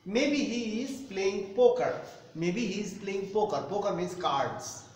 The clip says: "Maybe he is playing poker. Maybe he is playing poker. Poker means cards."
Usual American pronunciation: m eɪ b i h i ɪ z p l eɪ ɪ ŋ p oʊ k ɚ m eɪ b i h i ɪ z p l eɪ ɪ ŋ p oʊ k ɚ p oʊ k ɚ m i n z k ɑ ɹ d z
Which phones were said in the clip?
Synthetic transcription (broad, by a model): m eɪ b i h i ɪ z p l eɪ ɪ ŋ p oʊ k ɚ m eɪ b i h i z p l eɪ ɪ ŋ p oʊ k ɚ p oʊ k ɚ m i z k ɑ ɹ d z